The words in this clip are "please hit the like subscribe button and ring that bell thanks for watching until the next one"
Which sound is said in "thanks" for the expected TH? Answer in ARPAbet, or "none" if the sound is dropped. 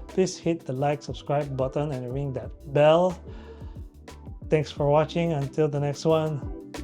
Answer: T